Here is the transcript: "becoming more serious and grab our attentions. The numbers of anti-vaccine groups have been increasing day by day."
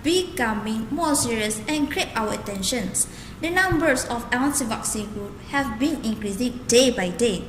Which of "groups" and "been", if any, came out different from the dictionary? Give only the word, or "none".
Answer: groups